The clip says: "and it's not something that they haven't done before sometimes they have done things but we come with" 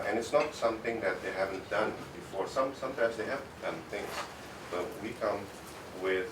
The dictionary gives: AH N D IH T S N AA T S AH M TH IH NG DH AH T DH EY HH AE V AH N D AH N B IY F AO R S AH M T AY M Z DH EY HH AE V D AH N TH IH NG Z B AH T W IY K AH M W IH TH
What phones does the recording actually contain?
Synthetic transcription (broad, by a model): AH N IH T S N AA T S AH M T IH NG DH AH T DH EY HH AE V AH N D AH N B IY F AO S S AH M T AY M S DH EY HH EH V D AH N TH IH NG S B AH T W IY K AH M W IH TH